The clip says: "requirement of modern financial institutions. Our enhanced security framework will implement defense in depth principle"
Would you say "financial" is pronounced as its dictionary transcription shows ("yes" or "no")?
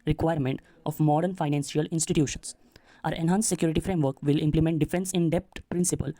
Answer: no